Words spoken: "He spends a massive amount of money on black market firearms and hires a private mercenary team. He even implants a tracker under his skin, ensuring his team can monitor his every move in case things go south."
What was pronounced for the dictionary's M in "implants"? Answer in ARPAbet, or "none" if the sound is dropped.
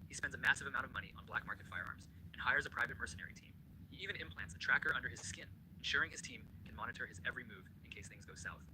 M